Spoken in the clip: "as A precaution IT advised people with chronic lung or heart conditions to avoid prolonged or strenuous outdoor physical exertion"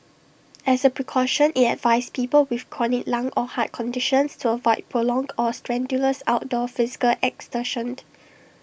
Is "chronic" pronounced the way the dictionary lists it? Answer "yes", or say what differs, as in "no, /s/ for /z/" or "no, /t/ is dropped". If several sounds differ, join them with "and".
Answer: no, /ɹ/ is dropped